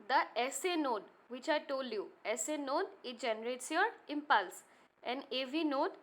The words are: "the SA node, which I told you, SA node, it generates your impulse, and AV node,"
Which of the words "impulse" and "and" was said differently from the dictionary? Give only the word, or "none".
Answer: none